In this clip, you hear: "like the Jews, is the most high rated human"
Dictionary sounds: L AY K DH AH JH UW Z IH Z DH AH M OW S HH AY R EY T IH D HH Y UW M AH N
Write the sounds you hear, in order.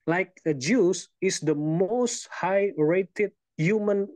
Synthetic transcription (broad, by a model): L AY K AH JH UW S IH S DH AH M OW S HH AY R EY T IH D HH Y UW M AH N